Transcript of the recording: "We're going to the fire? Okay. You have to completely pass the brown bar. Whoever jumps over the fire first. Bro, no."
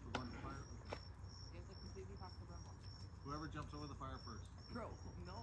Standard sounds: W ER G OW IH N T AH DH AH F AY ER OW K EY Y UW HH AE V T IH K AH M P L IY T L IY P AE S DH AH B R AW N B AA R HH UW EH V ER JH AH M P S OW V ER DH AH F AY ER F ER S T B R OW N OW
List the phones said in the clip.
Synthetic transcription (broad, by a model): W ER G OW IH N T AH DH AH F AY ER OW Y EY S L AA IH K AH P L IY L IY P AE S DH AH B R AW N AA HH UW EH V ER JH AH M P S OW V ER DH AH F AY ER F ER S T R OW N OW